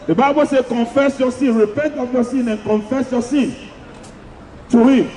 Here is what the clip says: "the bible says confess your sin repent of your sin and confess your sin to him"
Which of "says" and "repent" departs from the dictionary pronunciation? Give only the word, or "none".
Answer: says